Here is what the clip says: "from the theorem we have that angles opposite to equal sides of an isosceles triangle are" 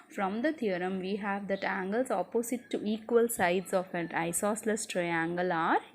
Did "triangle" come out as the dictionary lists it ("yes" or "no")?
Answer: yes